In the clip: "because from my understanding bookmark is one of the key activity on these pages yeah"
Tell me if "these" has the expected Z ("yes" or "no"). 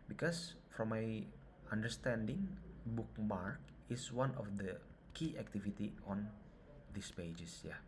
no